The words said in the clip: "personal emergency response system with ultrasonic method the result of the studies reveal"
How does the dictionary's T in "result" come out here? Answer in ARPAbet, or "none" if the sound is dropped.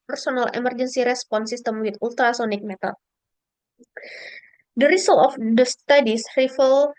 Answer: none